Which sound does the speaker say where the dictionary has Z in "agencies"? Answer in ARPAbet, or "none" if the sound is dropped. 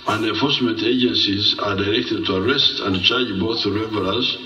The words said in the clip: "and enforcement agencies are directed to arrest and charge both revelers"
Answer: Z